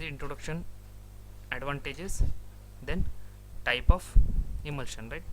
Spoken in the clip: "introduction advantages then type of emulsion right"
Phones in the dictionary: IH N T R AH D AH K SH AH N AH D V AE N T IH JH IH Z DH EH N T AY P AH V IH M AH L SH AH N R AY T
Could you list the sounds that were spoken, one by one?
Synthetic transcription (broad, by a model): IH N T R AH D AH K SH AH N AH D V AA N T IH JH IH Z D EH N T AY P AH F IH M AH L SH AH N R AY T